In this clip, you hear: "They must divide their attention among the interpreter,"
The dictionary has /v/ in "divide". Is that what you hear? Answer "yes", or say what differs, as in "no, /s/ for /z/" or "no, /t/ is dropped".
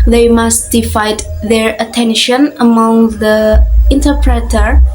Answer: no, /f/ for /v/